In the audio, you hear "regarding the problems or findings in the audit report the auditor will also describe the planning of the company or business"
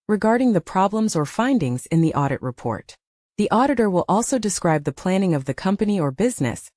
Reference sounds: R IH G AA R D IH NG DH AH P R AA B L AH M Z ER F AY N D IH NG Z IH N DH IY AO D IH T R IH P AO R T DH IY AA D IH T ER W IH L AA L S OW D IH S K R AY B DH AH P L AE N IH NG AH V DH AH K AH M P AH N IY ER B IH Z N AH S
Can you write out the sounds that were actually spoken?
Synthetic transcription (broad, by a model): R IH G AA R D IH NG DH AH P R AA B L AH M Z ER F AY N D IH NG Z IH N DH IY AO D IH T R IH P AO R T DH IY AA D IH T ER W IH L AA L S OW D IH S K R AY B DH AH P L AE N IH NG AH V DH AH K AH M P AH N IY ER B IH Z N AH S